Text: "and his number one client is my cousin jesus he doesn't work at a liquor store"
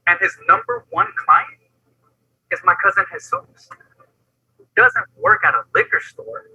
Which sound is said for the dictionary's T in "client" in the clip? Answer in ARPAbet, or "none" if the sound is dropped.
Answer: T